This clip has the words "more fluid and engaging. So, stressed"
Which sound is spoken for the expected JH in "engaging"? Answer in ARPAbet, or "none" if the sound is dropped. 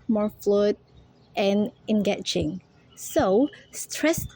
CH